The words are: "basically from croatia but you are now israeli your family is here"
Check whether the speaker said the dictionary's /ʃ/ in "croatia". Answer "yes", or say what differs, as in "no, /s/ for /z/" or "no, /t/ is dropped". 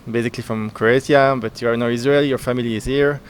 no, /s/ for /ʃ/